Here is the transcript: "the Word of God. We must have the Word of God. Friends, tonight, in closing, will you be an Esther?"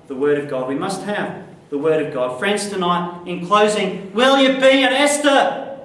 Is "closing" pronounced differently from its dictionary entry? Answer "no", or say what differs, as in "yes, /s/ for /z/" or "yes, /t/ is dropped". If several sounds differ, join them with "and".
no